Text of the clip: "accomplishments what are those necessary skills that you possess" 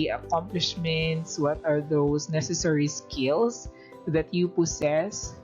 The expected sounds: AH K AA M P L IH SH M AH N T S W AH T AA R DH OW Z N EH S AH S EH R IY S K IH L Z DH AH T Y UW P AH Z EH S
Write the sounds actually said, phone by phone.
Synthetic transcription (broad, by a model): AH K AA M P L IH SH M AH N T S W AH T AA R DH OW S N EH S AH S EH R IY S K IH L S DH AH T Y UW P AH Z EH S